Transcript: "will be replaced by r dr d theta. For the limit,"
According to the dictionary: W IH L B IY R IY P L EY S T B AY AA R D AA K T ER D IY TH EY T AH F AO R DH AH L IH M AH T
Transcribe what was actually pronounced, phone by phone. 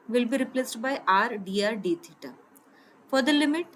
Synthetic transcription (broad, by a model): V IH L B IY R IY P L EY S T B AY AA R D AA T D IY T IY T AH F AO R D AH L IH M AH T